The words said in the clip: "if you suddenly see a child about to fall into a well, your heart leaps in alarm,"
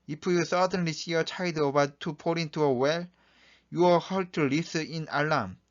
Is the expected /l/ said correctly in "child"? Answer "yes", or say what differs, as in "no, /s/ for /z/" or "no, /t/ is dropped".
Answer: no, /l/ is dropped